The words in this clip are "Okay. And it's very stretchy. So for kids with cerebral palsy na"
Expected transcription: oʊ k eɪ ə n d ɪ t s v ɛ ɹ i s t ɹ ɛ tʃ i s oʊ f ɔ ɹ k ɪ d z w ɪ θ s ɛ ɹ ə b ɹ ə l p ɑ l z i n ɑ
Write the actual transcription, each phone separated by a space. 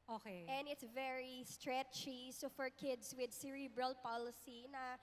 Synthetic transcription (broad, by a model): oʊ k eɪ ə n d ɪ t s v ɛ ɹ i s t ɹ ɛ tʃ i s oʊ f ɔ ɹ k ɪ d s w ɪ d s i ɹ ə b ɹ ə l p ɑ l s i n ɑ